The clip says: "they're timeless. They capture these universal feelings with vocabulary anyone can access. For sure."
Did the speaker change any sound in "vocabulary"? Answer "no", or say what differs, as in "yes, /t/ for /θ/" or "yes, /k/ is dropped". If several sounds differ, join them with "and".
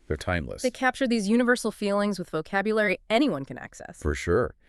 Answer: no